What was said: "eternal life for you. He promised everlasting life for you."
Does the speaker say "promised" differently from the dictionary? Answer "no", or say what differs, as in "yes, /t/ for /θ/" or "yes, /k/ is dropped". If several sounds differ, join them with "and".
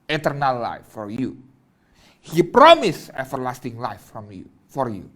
yes, /t/ is dropped